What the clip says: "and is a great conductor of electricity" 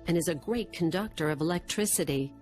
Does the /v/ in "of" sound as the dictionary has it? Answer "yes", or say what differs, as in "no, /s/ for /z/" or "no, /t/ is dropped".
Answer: yes